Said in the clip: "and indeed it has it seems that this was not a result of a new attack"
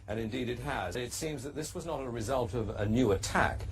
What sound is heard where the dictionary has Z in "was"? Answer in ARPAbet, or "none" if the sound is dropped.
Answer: Z